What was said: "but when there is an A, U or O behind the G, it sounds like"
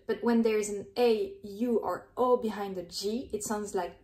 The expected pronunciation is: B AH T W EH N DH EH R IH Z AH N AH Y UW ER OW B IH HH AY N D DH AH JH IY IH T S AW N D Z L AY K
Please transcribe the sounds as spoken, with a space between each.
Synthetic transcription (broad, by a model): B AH T W EH N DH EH R IH Z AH N AH Y UW ER OW B IH HH AY N D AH JH IY IH T S AW N D Z L AY K